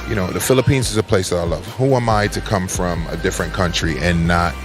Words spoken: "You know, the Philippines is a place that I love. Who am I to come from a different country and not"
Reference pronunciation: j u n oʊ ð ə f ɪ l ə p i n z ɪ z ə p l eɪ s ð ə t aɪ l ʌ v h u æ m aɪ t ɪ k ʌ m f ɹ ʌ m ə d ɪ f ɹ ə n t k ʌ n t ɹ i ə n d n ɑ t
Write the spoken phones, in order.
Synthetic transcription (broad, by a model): j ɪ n oʊ ð ə f ɪ l ə p i n z ɪ z ə p l eɪ s ð ə t aɪ l ʌ v h u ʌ m aɪ t ɪ k ʌ m f ɹ ʌ m ə d ɪ f ɹ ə n k ʌ n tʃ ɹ i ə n n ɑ t